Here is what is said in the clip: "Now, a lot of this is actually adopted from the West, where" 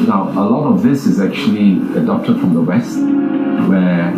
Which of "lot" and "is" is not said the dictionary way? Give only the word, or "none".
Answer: none